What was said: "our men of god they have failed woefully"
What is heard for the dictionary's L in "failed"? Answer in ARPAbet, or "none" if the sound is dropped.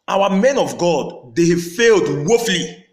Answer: L